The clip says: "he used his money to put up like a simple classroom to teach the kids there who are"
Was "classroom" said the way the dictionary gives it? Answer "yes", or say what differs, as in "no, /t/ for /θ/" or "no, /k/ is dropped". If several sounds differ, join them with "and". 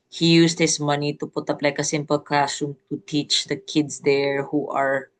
no, /l/ is dropped and /ɹ/ is dropped